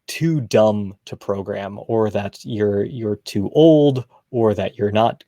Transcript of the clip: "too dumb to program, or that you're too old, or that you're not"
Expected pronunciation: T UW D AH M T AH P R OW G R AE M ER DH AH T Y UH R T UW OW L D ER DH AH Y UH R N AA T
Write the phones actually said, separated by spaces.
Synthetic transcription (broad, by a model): T UW D AH M T AH P R OW G R AE M ER DH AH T Y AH R T UW OW L D ER DH AH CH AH R N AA T